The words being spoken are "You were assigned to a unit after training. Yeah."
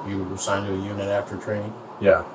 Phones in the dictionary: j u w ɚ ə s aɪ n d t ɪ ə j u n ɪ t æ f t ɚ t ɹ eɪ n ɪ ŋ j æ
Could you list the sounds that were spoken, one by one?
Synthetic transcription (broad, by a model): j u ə s aɪ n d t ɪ ə j u n ɪ t æ f t ɚ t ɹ eɪ ɪ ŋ j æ